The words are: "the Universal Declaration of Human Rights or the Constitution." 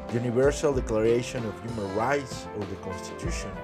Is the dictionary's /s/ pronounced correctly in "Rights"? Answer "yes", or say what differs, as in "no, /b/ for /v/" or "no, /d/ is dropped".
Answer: yes